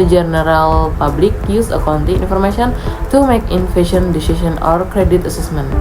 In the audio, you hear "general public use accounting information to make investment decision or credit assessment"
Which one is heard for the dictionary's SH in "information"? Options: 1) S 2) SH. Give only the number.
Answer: 1